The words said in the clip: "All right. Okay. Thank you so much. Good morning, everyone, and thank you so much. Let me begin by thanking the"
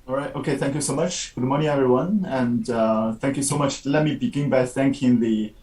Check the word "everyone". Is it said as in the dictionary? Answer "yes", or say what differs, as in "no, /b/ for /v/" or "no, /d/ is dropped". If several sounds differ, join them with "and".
yes